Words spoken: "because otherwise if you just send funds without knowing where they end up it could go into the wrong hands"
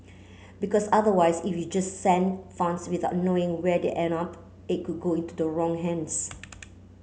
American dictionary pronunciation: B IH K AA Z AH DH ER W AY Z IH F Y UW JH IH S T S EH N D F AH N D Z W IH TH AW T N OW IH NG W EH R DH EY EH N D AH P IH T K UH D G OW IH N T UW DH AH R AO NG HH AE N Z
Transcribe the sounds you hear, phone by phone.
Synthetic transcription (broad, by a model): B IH K AA S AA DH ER W AY S IH F Y UW JH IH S S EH N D F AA N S W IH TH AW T N OW IH NG W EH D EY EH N AH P IH T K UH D G OW IH N T UW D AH R AO NG HH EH N S